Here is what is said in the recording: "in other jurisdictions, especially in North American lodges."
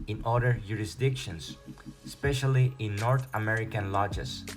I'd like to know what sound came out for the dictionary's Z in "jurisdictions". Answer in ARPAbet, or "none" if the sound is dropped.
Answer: S